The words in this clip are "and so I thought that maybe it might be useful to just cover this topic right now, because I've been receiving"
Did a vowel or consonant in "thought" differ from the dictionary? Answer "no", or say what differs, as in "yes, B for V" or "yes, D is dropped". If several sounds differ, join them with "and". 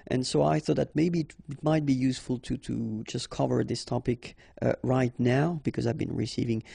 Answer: no